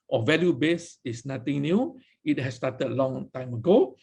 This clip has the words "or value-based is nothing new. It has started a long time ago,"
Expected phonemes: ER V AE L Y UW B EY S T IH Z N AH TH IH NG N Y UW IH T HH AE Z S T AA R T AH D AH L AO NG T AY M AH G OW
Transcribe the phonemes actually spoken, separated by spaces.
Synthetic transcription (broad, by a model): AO V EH L Y UW B EY S IH S N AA T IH NG N Y UW IH T HH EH S T AA T AH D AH L AO NG T AY M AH G OW